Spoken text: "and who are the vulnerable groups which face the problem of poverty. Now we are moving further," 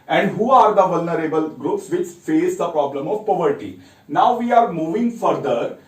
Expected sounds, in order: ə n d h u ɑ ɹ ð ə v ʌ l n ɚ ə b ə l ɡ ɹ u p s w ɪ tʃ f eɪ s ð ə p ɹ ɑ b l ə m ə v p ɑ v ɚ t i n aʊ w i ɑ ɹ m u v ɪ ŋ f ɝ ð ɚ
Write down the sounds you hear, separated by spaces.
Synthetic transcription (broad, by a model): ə n d h u ɑ ɹ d ə v ʌ l n ɚ ə b ə l ɡ ɹ u p s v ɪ tʃ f eɪ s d ə p ɹ ɑ b l ə m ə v p ɑ v ɚ t i n aʊ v i ɑ ɹ m u v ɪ ŋ f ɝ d ɚ